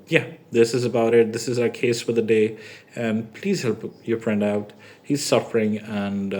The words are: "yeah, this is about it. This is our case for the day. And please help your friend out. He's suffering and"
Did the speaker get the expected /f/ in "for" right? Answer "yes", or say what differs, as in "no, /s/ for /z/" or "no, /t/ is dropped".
yes